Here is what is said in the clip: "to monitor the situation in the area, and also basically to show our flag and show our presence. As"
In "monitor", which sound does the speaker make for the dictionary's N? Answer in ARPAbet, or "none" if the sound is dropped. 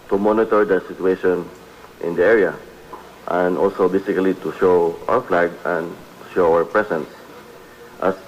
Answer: N